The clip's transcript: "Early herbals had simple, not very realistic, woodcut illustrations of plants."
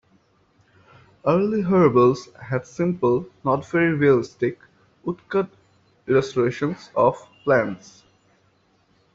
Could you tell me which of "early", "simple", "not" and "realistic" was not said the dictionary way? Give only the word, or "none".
none